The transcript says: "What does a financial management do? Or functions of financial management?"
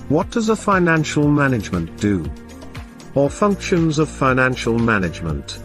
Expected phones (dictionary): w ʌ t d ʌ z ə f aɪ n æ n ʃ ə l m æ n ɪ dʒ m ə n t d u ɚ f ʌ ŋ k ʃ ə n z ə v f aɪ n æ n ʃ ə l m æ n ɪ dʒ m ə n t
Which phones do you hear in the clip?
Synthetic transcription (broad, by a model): w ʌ t d ʌ z ə f aɪ n æ n ʃ ə l m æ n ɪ dʒ m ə n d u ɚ f ʌ ŋ k ʃ ə n z ə v f aɪ n æ n ʃ ə l m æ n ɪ dʒ m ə n t